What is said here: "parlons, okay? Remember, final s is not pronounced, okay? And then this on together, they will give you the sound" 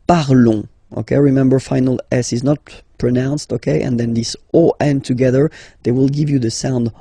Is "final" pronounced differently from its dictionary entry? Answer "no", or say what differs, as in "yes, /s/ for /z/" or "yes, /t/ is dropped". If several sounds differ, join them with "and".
no